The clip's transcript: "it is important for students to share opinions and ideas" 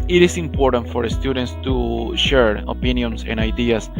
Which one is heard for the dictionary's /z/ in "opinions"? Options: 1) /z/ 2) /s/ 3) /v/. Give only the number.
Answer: 2